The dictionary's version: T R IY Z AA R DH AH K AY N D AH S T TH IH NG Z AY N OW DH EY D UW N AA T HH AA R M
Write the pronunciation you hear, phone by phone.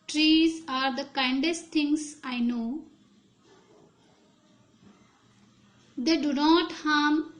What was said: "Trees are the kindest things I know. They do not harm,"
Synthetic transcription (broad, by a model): T R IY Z AA R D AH K AY N D AH S T T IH NG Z AY N OW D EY D UW N AA T HH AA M